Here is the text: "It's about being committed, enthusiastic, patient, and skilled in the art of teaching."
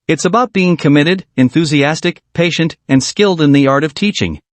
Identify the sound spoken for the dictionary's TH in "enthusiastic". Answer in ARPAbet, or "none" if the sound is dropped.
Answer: TH